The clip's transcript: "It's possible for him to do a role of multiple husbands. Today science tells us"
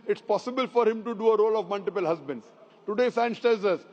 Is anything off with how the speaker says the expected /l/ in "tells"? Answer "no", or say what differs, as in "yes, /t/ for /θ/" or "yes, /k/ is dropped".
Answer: yes, /l/ is dropped